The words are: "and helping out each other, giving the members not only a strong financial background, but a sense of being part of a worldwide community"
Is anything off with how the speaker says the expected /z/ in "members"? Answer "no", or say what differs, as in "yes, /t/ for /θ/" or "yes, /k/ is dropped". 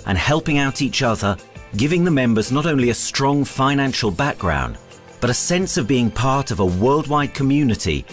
no